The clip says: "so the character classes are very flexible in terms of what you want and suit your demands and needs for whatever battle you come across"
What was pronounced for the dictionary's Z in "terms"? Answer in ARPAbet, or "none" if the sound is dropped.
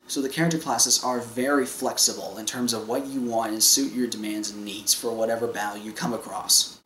Z